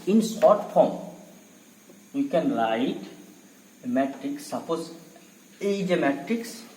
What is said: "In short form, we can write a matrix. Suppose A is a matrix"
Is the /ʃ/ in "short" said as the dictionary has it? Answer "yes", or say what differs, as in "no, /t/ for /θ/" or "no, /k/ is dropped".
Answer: no, /s/ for /ʃ/